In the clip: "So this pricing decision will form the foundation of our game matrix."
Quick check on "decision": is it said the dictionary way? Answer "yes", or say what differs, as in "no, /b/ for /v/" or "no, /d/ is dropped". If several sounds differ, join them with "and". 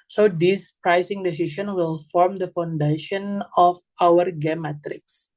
no, /s/ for /ʒ/